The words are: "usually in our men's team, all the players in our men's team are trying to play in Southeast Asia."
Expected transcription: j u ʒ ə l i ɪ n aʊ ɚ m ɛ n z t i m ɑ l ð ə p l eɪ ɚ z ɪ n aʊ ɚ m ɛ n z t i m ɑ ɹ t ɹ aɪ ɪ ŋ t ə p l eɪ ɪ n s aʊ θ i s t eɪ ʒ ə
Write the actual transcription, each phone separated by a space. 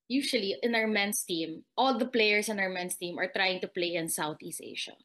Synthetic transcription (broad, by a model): j u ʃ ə l i ɪ n aʊ ɚ m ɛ n s t i m ɑ l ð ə p l eɪ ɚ s ɪ n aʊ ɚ m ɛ n s t i m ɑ ɹ t ɹ aɪ ɪ ŋ t ə p l eɪ ɪ n s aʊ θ i s t eɪ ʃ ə